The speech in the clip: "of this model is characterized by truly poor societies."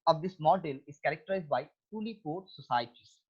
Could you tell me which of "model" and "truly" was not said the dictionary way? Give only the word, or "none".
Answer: truly